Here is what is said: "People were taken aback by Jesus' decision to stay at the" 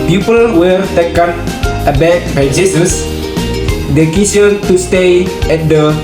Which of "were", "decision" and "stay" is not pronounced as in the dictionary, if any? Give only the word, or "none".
decision